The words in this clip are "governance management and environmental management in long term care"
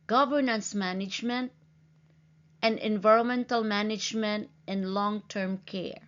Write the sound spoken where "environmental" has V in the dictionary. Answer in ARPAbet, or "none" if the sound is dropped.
V